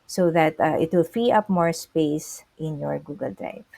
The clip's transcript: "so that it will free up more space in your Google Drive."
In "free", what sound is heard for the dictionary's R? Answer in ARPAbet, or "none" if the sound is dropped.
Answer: none